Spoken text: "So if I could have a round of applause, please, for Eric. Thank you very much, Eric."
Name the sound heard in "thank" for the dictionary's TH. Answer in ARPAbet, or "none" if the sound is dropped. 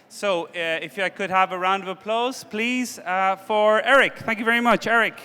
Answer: TH